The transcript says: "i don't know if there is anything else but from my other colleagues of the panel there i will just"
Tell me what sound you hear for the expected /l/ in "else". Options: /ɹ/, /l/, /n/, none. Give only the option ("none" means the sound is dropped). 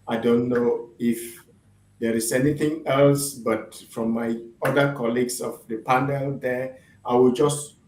/l/